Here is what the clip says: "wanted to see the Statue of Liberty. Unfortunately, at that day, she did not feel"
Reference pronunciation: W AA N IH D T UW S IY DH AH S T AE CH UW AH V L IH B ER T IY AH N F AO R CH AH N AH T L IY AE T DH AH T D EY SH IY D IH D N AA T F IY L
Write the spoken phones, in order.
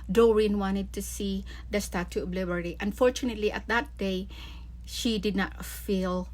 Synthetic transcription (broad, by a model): W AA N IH D T UW S IY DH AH S T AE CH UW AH B L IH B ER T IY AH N F AO R CH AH N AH T L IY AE T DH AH T D EY SH IY D IH D N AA T F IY L